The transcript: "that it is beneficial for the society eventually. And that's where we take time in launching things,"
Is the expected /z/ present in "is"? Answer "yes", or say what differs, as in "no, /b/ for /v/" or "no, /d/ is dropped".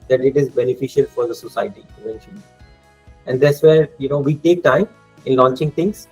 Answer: yes